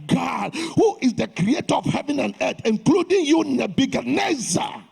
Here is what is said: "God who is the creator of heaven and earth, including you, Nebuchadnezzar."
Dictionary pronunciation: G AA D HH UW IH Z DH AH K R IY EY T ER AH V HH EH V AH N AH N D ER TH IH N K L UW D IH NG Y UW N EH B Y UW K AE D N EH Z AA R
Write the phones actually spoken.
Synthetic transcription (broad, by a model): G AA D HH UW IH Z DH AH K R IY EY T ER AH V HH EH V AH N AH N D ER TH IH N K L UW D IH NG Y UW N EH B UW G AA N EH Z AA